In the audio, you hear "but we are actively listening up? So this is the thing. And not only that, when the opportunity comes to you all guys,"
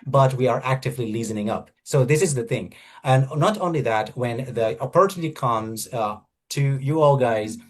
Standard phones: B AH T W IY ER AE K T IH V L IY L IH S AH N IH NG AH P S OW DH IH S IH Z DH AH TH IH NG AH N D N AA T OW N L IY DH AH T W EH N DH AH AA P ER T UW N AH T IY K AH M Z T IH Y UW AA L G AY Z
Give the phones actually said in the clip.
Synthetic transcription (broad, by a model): B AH T W IY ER AE K T IH V L IY L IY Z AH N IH NG AH P S OW DH IH S IH Z DH AH TH IH NG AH N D N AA T OW N L IY DH AH T W EH N DH AH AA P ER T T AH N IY K AH M Z T IH Y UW AA L G AY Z